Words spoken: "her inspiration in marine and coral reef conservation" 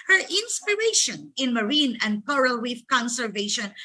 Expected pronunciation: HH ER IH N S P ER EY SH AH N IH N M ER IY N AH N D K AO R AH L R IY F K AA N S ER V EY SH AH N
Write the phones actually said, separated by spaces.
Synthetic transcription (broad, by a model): HH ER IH N S P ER EY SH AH N IH N M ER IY N AH N D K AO R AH L W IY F K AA N S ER V EY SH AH N